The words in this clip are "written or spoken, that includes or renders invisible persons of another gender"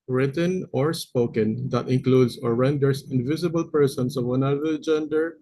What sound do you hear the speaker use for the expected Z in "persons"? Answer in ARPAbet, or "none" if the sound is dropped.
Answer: S